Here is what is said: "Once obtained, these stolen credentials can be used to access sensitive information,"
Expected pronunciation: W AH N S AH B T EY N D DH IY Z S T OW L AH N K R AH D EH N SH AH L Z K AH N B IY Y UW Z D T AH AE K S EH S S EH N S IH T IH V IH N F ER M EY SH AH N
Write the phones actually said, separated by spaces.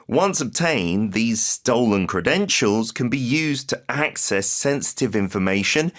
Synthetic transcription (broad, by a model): W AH N S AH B T EY N DH IY Z S T OW L AH N K R AH D EH N SH AH L Z K AH N B IY Y UW Z T AH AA K S EH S S EH N S IH T IH V IH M F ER M EY SH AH N